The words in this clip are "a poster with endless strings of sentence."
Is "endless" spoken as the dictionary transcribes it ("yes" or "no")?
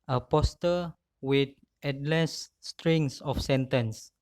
no